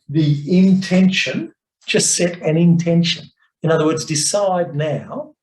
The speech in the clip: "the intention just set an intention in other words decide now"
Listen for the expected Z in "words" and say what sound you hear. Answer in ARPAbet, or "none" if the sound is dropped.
Z